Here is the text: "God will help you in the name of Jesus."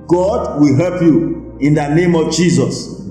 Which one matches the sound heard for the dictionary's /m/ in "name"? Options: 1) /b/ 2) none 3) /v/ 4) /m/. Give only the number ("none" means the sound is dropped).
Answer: 4